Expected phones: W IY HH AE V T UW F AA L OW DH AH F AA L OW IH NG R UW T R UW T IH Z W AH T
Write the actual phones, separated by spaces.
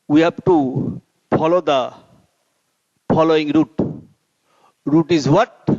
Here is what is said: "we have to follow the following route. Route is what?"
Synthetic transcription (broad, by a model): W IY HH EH B T UW P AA L OW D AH P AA L OW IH NG R UW T R UW T IH Z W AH T